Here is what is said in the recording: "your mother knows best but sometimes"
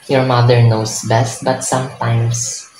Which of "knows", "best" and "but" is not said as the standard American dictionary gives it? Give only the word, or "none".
knows